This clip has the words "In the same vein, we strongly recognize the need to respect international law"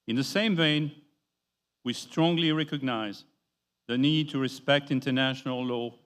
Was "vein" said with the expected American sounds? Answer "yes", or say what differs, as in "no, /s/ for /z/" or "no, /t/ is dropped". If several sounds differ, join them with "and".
yes